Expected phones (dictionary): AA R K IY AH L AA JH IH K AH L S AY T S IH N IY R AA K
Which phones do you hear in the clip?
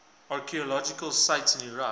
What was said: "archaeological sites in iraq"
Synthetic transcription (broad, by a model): AA R K IY AH L AA JH IH K AH L S AY T S IH N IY R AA